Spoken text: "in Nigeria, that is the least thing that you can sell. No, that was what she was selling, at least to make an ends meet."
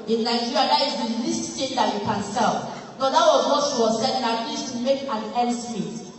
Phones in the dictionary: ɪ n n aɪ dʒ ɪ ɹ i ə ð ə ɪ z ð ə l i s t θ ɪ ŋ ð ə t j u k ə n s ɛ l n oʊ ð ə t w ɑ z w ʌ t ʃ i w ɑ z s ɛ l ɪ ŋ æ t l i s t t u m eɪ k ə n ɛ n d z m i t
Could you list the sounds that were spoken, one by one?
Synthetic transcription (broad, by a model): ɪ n n aɪ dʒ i ɹ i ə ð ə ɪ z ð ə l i s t t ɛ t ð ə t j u k ə n s ɛ l n oʊ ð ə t w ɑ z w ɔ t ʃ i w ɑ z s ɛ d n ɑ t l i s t t u m eɪ k ə n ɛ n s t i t